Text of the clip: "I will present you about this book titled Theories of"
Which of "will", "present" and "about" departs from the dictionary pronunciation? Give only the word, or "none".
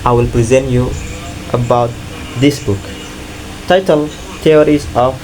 none